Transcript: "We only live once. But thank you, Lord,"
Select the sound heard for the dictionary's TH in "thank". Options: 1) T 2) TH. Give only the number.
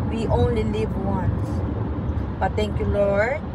1